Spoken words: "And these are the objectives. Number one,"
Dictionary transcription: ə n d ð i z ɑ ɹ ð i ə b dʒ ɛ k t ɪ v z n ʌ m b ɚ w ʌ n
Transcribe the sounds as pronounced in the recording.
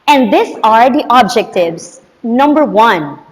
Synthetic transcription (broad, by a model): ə n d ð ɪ s ɑ ɹ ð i ə b dʒ ɛ k t ɪ v z n ʌ m b ɚ w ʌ n